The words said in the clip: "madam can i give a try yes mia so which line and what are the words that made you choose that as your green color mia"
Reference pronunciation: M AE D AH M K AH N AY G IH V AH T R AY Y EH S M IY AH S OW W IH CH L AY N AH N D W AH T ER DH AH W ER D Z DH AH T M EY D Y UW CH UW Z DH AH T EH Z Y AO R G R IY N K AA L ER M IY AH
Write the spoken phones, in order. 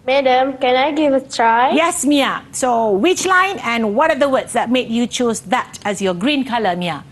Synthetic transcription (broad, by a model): M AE D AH M K AH N AY G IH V AH T R AY Y EH S M IY AH S OW W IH CH L AY N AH N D W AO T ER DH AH W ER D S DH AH T M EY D Y UW CH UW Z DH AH T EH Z Y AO G R IY N K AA L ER M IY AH